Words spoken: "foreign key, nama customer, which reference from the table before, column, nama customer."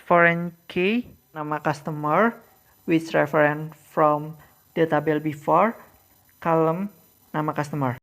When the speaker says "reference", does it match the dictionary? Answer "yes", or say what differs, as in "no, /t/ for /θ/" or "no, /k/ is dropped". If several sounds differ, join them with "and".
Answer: no, /s/ is dropped